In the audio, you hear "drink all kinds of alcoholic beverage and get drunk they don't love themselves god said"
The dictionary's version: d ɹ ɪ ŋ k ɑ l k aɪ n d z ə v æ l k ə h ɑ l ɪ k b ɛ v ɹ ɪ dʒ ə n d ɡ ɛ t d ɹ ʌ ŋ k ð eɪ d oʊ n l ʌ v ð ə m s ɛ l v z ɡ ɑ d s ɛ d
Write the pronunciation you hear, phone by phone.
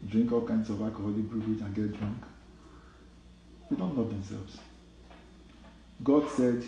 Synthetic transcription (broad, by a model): d ɹ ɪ ŋ k ɑ l k aɪ n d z ə v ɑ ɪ k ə h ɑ l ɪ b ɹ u ɹ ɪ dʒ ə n ɡ ɛ t d ɹ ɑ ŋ k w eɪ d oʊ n n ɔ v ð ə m s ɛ l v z ɡ ɑ d s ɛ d